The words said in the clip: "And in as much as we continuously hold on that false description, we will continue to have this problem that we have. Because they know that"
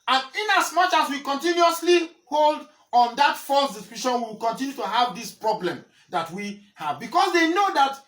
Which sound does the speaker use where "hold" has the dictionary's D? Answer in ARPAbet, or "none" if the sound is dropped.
D